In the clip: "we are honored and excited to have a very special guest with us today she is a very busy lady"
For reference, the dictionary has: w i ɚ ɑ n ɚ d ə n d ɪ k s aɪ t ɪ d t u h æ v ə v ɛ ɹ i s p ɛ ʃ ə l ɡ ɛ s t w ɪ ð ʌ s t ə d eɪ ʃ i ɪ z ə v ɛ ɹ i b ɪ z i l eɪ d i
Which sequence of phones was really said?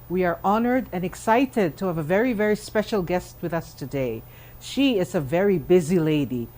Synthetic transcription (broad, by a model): w i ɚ ɑ n ɚ d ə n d ɪ k s aɪ t ɪ d t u h æ v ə v ɛ ɹ i s p ɛ ʃ ə l ɡ ɛ s t w ɪ ð ʌ s t ə d eɪ ʃ i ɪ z ə v ɛ ɹ i b ɪ z i l eɪ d i